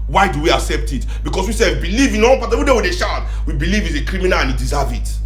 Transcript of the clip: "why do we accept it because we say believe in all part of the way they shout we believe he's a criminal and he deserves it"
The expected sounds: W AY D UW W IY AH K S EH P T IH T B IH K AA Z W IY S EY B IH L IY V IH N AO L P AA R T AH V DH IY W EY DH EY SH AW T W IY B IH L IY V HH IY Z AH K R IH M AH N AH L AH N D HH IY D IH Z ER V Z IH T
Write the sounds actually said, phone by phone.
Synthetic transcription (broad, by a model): W AY D UW W IY AH K S EH P T IH T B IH K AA S W IY S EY B IH L IY V IH N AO N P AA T AH V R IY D EY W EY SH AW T W IY B IH L IY V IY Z AH K R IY M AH N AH L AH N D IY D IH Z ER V IH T